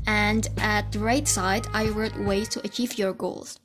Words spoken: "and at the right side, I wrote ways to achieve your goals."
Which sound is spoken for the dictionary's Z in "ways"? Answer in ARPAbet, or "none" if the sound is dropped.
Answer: none